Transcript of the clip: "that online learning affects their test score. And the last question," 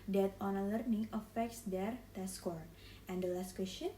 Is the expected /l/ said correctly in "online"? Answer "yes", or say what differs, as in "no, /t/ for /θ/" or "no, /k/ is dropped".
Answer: no, /l/ is dropped